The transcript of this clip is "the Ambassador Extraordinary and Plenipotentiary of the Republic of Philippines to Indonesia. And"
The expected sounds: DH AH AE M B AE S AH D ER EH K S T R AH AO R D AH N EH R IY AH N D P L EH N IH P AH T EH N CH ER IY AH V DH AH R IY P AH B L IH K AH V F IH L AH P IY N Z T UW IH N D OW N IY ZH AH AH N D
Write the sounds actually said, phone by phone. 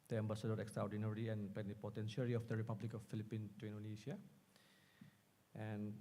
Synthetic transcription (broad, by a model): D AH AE M B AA S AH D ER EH K S T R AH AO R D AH N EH R IY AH N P EH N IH P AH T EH N SH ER IY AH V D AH R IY P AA B L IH K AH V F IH L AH P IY N T UW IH N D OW N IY SH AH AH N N